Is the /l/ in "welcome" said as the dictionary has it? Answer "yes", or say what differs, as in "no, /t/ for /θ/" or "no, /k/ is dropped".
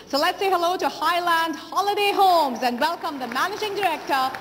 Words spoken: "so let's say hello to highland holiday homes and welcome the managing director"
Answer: yes